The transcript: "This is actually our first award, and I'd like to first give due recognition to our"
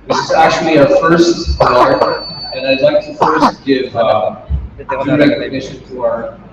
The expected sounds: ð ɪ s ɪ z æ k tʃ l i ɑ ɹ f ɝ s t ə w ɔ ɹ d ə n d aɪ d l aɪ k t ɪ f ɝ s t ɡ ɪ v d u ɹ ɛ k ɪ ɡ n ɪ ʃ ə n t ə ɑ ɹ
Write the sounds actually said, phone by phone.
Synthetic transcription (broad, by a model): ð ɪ s ɪ z æ k tʃ l i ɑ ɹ f ɝ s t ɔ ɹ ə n aɪ d l aɪ k t ɪ f ɝ s t ɡ ɪ v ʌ ɹ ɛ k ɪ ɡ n ɪ ʃ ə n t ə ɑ ɹ